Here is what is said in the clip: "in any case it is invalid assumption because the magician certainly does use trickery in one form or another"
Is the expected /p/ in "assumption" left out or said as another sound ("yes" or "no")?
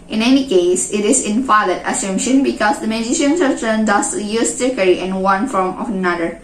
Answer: yes